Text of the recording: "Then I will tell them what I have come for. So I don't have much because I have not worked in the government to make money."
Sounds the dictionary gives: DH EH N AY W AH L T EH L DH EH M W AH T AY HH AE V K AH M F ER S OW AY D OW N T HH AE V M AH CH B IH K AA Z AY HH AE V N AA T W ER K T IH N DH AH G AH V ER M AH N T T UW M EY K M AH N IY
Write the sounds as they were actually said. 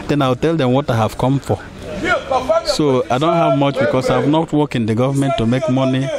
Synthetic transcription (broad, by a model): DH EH N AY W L T EH L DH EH M W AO T AY HH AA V K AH M F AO S OW AY D OW N T HH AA V M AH CH B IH K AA S AY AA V N AA T W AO K IH N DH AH G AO V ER M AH N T T UW M EY K M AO N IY